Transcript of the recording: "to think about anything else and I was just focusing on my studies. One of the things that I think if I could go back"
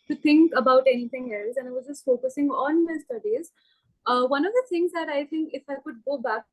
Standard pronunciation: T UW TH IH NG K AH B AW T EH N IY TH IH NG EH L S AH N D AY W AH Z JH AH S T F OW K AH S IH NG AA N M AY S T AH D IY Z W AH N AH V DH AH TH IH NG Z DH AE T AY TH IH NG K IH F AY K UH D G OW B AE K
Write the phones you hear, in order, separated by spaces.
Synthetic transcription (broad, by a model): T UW T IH NG K AH B AW T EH N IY T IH NG EH L S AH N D AY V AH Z JH AH S T F OW K AH S IH NG AA N M AY S T AH D IY Z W AH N AH V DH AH T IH NG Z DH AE T AY T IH NG K IH F AY K UH D G OW B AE K